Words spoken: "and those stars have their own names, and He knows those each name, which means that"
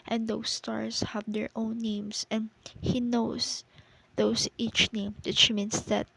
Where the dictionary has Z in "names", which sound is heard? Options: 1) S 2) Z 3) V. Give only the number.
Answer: 1